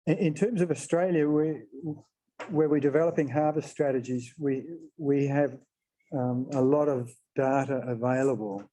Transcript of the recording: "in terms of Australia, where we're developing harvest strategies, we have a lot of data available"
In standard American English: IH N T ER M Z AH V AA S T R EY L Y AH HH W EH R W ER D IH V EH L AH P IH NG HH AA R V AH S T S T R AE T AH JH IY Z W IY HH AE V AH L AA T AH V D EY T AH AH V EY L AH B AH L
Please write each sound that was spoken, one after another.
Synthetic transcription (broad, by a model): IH N T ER M Z AH V AA S T R EY L Y AH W W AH R W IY D IH V EH L AH P IH NG HH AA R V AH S S T R AE T AH JH IY Z W IY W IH V AH L AA T AH V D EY T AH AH V EY L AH B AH L